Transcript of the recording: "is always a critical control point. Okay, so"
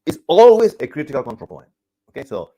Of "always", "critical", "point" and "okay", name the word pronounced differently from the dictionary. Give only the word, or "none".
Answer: point